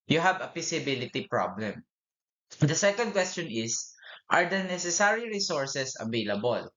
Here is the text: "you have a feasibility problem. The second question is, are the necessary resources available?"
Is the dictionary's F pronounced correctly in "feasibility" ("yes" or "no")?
no